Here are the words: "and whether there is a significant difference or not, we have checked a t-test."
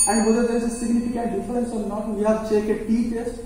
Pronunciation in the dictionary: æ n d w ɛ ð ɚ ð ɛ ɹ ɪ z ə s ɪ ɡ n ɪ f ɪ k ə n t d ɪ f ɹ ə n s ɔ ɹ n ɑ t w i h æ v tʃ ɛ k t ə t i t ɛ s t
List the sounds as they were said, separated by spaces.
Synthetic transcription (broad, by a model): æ n d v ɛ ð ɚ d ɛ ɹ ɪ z ə s ɪ ɡ n ɪ f ɪ k ə n t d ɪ f ɹ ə n s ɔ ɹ n ɑ t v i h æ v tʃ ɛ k ə t i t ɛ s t